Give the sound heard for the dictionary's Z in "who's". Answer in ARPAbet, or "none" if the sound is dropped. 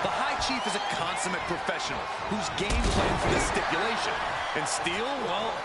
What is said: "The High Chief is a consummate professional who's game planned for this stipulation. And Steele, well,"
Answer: Z